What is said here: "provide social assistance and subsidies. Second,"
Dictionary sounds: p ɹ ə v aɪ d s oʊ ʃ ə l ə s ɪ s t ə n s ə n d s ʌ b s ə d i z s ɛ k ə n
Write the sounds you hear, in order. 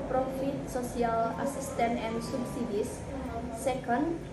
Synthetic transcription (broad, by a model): p ɹ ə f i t s oʊ s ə l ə s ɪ s t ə n ə n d s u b s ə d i s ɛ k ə n